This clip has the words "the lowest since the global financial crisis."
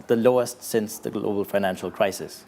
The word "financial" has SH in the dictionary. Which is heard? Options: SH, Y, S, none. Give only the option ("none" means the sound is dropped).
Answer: SH